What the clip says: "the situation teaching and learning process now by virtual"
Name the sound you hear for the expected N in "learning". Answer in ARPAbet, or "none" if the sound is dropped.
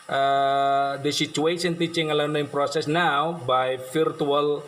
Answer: none